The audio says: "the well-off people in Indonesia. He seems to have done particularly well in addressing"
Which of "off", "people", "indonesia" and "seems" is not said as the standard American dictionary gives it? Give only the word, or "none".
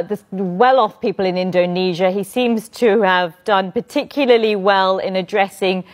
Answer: none